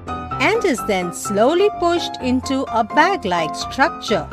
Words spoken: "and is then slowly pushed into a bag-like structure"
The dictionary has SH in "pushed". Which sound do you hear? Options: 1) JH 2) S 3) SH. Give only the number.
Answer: 3